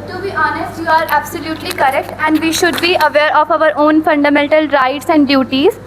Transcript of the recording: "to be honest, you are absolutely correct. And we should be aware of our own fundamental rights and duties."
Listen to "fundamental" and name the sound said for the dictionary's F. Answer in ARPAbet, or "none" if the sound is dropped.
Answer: F